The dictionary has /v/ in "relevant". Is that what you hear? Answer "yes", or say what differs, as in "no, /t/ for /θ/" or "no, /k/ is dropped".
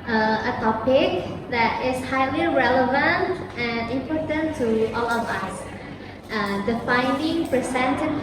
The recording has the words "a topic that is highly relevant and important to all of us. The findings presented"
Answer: yes